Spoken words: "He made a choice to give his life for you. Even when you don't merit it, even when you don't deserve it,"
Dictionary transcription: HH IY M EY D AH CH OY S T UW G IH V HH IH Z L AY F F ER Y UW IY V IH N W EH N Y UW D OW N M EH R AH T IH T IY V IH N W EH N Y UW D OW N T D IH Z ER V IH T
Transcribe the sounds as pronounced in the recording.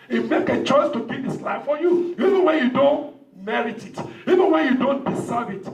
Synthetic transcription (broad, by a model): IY M EY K AH CH OY S T UW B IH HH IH S L AY F F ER Y UW IY V IH N W EH N Y UW D OW N M EH R AH T IH T IY V IH N W EH N Y UW D OW N T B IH S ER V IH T